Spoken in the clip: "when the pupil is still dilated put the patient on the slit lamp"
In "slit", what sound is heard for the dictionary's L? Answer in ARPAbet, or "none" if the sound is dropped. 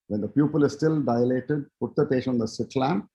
none